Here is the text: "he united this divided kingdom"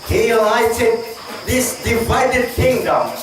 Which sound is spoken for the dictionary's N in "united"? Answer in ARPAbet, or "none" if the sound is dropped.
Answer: L